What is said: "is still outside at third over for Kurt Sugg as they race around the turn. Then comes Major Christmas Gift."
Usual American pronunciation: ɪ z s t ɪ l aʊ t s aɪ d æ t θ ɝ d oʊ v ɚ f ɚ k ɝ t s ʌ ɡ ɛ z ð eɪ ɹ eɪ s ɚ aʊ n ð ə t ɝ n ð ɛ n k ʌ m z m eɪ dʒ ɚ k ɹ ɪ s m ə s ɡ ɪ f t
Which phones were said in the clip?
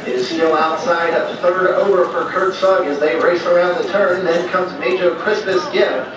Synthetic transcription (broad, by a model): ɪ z s t ɪ l aʊ t s aɪ d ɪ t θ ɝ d oʊ v ɚ f ɚ k ɝ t s ʌ ɡ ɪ z ð eɪ ɹ eɪ s ɚ aʊ n ð ə t ɝ n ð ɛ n k ʌ m z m eɪ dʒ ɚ k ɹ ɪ s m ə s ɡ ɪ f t